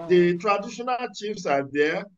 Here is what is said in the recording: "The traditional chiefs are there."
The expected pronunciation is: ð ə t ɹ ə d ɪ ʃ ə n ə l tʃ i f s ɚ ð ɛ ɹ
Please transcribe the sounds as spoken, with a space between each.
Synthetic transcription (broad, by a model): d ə t ɹ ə d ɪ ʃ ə n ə l tʃ i f s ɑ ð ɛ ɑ